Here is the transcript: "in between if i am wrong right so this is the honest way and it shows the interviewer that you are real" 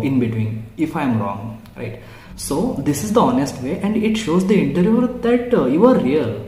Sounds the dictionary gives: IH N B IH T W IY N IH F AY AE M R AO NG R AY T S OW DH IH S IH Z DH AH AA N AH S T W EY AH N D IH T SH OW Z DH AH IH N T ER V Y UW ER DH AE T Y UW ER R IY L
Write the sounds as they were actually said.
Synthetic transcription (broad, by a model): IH N B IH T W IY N IH F AY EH M R AO NG R AY T S OW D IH S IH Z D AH AA N AH S T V EY AH N D IH T SH OW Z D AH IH N T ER Y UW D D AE T Y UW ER R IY L